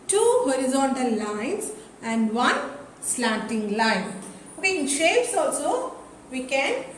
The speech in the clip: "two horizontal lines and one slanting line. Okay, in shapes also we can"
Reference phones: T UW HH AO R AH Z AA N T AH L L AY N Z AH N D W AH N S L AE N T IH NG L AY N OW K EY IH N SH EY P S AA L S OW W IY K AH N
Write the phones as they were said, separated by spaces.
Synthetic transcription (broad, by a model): T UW HH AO R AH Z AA N T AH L L AY N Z AH N D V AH N S L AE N T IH NG L AY N OW K EY IH N SH EY P S AA L S OW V IY K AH N